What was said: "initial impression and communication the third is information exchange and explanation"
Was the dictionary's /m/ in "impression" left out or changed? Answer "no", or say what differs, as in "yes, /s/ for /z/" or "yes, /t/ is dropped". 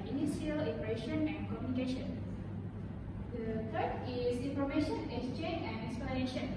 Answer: yes, /m/ is dropped